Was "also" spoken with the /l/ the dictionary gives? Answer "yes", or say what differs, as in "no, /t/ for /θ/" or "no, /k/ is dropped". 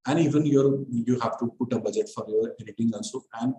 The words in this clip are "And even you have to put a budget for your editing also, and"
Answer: no, /n/ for /l/